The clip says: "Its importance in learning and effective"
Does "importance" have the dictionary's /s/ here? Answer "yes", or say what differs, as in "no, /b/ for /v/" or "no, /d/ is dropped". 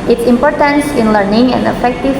yes